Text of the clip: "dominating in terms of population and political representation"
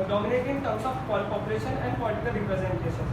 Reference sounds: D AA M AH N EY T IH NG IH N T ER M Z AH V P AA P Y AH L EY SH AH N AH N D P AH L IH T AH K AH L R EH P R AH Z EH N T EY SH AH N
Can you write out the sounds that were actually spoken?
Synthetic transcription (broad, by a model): D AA M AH N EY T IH IH N T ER M S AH P P AA P Y AH L EY SH AH N AH N D P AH L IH T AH K AH L R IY P R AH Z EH N T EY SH AH N